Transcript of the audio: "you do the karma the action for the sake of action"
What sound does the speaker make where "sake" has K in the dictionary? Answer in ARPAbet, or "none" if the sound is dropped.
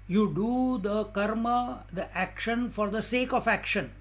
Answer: K